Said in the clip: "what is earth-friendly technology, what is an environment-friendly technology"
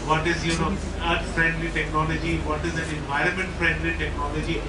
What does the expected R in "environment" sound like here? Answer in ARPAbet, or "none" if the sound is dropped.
R